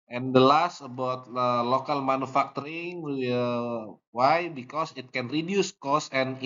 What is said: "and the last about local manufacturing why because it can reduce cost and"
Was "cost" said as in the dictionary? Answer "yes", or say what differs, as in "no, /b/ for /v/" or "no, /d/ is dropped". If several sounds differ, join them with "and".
no, /t/ is dropped